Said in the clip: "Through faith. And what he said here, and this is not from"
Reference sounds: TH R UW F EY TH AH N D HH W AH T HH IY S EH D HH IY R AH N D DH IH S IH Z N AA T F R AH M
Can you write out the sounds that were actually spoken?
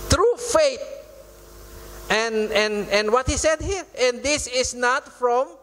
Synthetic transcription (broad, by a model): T R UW F EY T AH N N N W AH T HH IY S EH D HH IY R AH N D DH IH S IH S N AA T F R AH M